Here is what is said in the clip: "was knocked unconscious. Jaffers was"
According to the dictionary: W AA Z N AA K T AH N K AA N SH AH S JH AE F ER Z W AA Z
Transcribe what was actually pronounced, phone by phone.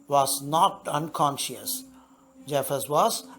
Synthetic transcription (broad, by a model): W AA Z N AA T AH N K AA N SH AH S JH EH F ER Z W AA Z